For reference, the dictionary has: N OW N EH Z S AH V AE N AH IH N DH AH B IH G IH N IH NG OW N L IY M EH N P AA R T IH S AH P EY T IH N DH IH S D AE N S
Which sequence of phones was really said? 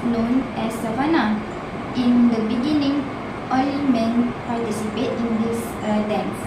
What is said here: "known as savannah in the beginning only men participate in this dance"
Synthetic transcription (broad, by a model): N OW N EH S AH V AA N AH IH N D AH B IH G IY N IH NG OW L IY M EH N P AA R T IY S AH P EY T IH N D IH S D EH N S